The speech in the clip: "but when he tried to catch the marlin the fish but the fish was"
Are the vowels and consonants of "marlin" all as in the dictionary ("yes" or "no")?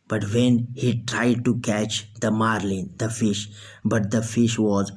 yes